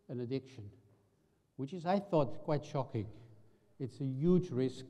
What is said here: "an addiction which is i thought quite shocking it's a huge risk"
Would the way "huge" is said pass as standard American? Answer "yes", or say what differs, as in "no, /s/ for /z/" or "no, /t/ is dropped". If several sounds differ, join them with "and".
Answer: yes